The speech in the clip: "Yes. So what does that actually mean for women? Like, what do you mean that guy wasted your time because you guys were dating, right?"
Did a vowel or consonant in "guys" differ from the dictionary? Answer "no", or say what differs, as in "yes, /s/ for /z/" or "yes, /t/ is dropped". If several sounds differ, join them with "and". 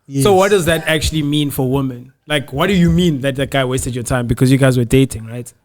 no